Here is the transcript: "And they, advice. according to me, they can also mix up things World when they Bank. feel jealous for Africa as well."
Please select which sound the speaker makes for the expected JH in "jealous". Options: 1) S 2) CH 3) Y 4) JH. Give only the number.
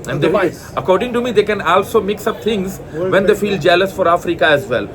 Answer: 4